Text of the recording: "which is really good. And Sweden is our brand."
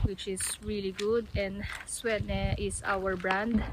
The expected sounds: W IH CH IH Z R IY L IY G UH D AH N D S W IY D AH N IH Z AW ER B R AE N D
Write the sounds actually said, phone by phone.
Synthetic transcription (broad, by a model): W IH CH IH S R IY L IY G UH D AH N D S W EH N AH IH S AW ER B R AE N D